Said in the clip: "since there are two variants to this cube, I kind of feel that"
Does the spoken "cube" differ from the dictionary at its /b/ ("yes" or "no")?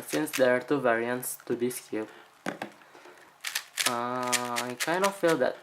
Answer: yes